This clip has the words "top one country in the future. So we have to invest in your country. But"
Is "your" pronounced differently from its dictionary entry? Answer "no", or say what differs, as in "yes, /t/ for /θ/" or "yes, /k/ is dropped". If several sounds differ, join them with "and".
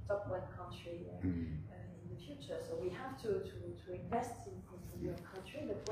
yes, /w/ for /ɹ/